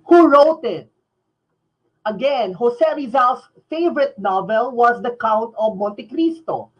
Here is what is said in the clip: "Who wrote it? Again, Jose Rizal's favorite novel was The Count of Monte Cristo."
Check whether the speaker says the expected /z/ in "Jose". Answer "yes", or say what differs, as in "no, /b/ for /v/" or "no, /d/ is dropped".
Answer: no, /s/ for /z/